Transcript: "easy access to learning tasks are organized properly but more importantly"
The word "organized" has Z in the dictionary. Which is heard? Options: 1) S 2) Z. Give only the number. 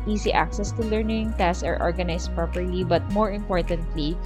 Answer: 1